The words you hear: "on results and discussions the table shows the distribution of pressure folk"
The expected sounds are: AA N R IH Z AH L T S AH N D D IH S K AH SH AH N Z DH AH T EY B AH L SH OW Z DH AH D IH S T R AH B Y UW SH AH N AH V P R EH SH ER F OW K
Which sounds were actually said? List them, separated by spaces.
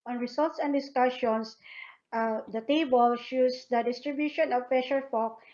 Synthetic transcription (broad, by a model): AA N R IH S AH L T S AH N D D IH S K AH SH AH N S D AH T EY B AH L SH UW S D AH D IH S T R AH B Y UW SH AH N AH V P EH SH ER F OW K